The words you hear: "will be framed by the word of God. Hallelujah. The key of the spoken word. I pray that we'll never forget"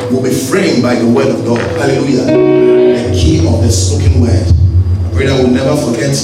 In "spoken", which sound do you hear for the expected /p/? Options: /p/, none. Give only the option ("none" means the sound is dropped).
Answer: none